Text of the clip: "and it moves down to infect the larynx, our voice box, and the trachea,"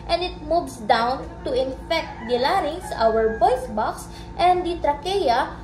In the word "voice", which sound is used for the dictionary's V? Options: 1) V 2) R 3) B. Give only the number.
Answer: 3